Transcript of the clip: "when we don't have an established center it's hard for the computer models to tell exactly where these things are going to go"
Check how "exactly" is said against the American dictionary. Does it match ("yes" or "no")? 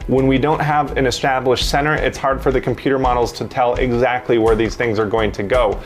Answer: yes